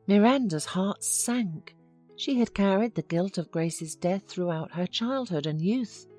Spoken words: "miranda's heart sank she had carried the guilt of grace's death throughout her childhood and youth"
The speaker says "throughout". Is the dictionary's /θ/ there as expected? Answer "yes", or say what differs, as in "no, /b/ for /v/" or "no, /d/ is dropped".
yes